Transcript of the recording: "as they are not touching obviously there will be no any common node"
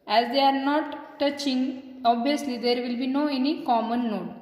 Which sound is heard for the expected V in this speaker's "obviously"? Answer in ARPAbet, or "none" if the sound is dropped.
none